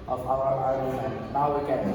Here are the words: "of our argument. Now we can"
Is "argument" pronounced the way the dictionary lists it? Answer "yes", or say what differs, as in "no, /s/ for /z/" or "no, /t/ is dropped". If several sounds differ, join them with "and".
no, /m/ is dropped